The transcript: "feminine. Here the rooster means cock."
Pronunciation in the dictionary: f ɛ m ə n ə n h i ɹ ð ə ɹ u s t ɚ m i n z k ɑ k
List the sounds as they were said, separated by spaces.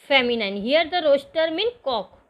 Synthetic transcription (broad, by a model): f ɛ m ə n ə n h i ɹ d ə ɹ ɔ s t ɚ m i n k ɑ k